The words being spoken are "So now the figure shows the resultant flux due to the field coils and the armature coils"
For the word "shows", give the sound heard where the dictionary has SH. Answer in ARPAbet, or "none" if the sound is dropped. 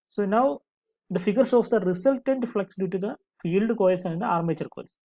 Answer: S